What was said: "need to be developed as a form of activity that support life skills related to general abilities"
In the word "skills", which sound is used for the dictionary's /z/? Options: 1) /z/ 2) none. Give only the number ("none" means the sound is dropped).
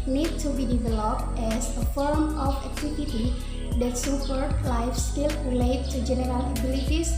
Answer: 2